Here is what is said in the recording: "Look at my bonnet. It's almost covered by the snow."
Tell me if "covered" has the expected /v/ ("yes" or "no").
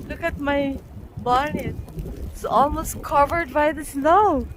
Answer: yes